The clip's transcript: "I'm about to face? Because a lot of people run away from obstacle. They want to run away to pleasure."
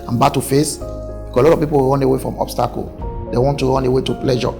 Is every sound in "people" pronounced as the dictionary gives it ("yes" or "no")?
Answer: no